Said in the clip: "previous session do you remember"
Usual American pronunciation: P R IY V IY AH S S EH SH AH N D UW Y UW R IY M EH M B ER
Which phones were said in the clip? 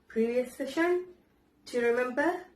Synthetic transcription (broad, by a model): P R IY V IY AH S S EH SH AH N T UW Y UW R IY M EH M B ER